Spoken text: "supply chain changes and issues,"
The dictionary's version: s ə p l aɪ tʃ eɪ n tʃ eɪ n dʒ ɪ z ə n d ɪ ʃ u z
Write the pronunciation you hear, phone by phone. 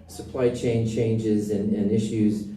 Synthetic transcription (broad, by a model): s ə p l aɪ tʃ eɪ n tʃ eɪ n dʒ ɪ z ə n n ɪ ʃ u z